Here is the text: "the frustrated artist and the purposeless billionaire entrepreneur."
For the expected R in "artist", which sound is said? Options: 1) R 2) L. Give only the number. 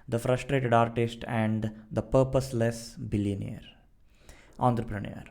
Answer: 1